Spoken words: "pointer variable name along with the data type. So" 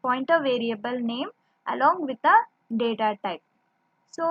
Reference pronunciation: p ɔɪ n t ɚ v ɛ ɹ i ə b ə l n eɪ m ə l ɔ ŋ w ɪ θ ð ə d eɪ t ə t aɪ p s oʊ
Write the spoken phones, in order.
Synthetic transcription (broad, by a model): p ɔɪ n t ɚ v ɛ ɹ i ə b ə l n eɪ m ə l ɔ ŋ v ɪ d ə d eɪ t ə t aɪ p s oʊ